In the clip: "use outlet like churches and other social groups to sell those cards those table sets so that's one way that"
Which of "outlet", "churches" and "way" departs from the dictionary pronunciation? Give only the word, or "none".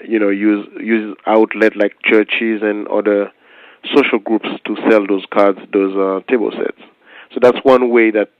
none